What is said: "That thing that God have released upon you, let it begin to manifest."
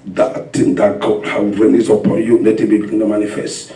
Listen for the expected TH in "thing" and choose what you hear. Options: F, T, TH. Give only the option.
T